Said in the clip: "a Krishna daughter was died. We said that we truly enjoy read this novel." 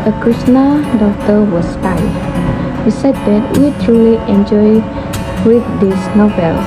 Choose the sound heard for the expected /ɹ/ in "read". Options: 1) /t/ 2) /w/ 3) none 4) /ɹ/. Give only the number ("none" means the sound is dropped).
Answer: 2